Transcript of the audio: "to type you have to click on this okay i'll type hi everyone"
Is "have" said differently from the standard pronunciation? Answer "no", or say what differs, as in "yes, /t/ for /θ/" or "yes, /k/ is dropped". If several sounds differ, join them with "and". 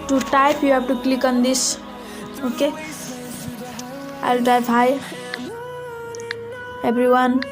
yes, /p/ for /v/